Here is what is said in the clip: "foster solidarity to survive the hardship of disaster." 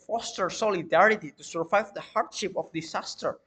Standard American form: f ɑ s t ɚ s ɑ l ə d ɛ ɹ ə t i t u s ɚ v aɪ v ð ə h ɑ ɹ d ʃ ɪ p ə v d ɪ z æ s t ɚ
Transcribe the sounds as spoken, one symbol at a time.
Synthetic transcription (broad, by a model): f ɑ s t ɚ s ɑ l ə d ɛ ɹ ə t i t u s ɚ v aɪ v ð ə h ɑ ɹ d ʃ ɪ p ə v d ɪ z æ s t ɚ